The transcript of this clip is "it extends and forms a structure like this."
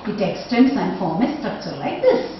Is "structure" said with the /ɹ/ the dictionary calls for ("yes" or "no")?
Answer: no